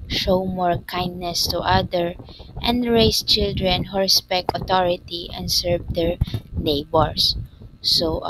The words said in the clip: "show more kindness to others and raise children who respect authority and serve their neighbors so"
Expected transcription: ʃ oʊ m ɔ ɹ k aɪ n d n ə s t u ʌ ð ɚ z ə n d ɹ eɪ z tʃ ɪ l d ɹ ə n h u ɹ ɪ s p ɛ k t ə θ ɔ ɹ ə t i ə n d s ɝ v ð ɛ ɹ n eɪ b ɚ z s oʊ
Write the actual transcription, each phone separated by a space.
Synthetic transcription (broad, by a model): ʃ oʊ m ɔ ɹ k aɪ n d n ə s t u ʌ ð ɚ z ə n d ɹ eɪ s tʃ ɪ l d ɹ ə n h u ɹ ɪ s p ɛ k t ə t ɔ ɹ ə t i ə n d s ɝ v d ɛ ɹ n eɪ b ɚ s s oʊ